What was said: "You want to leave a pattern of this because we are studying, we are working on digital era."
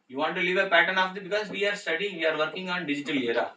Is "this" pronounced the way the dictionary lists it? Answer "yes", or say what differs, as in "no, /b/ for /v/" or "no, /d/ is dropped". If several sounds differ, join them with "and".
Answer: no, /s/ is dropped